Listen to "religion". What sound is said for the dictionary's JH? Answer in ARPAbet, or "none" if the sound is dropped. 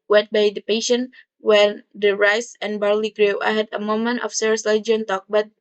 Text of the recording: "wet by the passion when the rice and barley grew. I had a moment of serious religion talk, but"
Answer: none